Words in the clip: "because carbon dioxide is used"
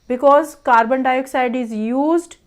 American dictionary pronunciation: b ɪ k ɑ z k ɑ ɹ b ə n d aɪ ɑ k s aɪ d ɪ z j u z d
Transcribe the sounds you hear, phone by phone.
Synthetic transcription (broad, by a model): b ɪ k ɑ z k ɑ ɹ b ə n d aɪ ɑ k s aɪ d ɪ z j u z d